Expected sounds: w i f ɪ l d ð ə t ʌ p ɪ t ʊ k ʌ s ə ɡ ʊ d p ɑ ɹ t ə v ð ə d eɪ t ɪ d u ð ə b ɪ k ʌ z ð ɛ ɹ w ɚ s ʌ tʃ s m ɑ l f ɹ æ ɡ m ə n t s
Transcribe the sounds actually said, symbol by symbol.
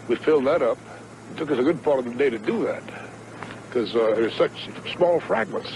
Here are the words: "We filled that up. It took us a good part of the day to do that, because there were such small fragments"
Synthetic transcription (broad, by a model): w i f ɪ l d ð ə t ʌ p t ʊ k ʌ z ə ɡ ʊ d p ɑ ɹ t ə v ð ə d eɪ t ɪ d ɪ ð ə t k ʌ z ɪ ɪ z s ʌ tʃ s m ɑ l f ɹ æ ɡ m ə n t s